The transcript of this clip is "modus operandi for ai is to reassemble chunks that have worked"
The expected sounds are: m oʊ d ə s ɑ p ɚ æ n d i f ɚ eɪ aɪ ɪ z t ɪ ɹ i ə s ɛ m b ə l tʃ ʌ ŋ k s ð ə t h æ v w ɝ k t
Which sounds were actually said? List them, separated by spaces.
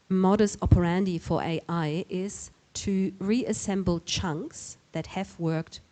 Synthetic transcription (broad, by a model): m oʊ d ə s ɑ p ɚ æ n d i f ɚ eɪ aɪ ɪ z t ɪ ɹ i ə s ɛ m b l tʃ ʌ ŋ k s ð ə t h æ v w ɝ k t